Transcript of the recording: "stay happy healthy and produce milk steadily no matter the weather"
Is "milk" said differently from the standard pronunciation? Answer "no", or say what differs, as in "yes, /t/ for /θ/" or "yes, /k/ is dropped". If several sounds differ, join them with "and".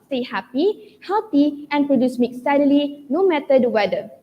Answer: yes, /l/ is dropped